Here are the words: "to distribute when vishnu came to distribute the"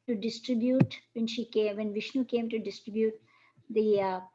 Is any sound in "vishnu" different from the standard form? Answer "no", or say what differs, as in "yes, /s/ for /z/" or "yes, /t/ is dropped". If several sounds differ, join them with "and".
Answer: no